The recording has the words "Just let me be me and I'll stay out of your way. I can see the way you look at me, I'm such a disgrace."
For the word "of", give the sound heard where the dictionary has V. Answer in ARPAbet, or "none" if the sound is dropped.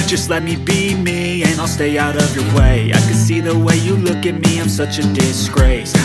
V